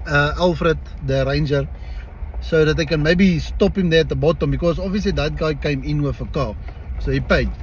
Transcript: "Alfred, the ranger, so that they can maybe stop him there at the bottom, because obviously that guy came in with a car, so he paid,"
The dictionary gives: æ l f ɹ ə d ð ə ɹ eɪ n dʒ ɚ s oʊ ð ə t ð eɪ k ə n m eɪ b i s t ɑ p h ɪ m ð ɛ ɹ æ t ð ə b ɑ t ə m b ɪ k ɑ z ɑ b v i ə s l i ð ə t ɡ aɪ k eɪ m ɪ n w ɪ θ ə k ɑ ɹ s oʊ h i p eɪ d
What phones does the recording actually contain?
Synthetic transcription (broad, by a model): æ l f ɹ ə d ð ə ɹ eɪ n dʒ ɚ s oʊ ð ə t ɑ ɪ k ə n m eɪ b i s t ɑ p h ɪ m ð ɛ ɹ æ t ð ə b ɑ t ə m b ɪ k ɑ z ɑ v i ə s l i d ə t ɡ aɪ k eɪ m ɪ n w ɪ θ ə k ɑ s oʊ h i p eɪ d